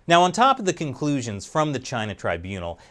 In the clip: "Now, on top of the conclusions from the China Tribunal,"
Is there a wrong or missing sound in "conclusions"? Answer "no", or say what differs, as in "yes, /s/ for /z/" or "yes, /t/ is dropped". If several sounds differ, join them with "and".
no